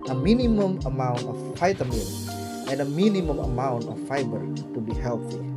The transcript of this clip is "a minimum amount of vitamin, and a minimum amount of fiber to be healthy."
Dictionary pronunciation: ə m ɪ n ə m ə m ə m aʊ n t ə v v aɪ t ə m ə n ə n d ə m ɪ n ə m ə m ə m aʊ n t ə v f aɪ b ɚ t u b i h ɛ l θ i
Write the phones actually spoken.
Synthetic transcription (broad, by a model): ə m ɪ n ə m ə m ə m aʊ n t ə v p aɪ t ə m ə l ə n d ə m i n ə m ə m ə m aʊ n t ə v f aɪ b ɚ t u b i h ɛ l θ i